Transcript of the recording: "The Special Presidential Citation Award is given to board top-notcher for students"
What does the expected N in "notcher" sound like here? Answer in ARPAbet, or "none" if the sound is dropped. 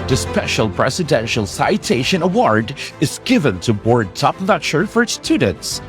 L